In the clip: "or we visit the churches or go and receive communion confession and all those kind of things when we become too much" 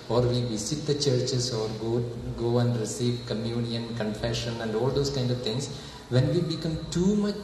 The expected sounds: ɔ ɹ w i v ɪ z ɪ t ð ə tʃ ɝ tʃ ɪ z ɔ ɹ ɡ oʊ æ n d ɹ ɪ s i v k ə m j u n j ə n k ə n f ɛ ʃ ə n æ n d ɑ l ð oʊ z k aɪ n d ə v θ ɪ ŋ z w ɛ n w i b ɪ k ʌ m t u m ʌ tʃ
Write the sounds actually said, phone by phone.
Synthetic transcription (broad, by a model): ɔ ɹ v i v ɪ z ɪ t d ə tʃ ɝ tʃ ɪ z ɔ ɹ ɡ oʊ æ n d ɹ ɪ s i v k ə m j u n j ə n k ə n f ɛ ʃ ə n æ n d ɑ l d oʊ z k aɪ n d ə v t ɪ ŋ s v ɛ n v i b ɪ k ʌ m t u m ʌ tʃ